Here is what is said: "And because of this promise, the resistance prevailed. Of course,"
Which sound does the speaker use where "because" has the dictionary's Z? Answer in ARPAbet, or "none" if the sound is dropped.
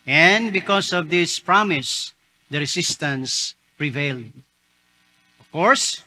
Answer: S